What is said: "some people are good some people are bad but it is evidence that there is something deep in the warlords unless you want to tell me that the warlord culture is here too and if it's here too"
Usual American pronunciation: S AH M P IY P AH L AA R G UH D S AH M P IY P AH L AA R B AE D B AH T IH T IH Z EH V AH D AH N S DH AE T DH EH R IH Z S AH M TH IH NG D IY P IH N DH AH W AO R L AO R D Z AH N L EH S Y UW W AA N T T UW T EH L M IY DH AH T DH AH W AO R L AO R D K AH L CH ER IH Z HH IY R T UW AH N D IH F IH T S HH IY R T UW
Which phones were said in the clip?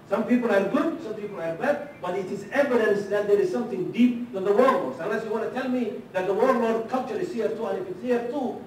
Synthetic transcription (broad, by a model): S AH M P IY P AH L AA R G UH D S AH M P IY P AH L AA R B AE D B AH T IH T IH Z EH V AH D AH N S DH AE T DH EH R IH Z S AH M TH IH NG D IY P IH N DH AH W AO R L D S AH L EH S Y UW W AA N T T UW T EH L M IY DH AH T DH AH W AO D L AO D K AH L CH ER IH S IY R T UW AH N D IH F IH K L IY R T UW